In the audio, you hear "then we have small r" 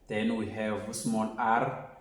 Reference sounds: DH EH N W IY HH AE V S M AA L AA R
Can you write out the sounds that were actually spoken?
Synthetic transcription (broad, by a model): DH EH N W IY HH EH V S M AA N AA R